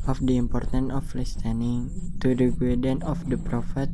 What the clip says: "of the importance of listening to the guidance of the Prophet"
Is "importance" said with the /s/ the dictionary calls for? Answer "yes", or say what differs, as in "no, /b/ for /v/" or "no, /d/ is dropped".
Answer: no, /s/ is dropped